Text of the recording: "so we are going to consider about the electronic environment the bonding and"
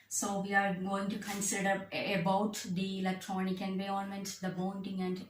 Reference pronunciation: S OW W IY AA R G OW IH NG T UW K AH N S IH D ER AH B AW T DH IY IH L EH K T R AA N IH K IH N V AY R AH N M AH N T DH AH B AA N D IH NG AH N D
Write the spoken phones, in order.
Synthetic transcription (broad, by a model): S OW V IY AA R G OW IH NG T UW K AH N S IH D ER AH B AW T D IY IH L EH K T R AA N IH K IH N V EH AH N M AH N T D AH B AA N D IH NG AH N D